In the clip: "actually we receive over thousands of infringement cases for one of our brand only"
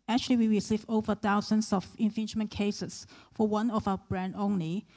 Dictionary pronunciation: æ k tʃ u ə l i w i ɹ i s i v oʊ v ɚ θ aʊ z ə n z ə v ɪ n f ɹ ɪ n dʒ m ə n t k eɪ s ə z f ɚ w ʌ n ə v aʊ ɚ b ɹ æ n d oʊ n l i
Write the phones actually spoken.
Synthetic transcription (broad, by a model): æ k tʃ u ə l i w i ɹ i s i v oʊ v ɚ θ aʊ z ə n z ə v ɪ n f ɪ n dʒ m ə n k eɪ s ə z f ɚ w ʌ n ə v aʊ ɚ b ɹ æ n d oʊ n l i